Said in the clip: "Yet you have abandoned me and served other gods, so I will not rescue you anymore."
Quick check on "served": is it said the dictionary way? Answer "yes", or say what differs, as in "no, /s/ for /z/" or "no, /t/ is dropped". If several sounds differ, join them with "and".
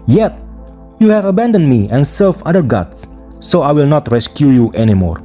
no, /d/ is dropped